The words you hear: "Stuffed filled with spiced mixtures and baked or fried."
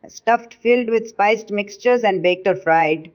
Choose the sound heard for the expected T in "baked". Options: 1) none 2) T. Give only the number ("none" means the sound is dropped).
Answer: 2